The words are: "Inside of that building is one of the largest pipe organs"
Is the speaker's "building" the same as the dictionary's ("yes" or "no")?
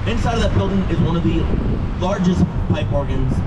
yes